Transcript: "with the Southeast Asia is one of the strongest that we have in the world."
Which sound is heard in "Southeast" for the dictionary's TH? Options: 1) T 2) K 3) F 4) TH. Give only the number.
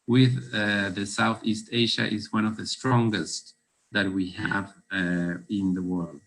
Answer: 4